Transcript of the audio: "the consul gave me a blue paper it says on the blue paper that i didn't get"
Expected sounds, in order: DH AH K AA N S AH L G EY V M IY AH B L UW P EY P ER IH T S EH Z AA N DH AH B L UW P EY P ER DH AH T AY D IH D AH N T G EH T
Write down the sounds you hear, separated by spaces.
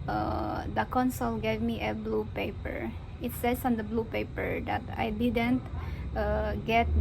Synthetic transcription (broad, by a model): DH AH K AA N S AH L G EY V M IY AH B L UW P EY P ER IH T S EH S AA N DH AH B L UW P EY P ER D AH T AY D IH D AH N T G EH T